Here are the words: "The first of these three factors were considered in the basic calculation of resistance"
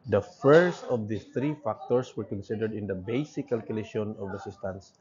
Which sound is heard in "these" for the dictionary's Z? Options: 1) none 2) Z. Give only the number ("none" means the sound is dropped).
1